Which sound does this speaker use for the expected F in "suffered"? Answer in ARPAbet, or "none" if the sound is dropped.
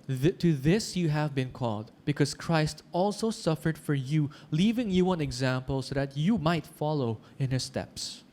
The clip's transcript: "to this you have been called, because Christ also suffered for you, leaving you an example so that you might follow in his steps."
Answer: F